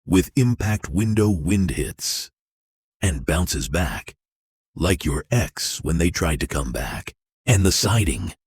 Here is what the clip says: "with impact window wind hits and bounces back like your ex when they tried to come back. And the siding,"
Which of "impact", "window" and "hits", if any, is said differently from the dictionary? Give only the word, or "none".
none